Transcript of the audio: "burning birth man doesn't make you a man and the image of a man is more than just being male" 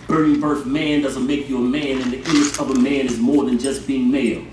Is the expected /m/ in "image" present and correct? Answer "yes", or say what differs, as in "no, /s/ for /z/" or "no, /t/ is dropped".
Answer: no, /m/ is dropped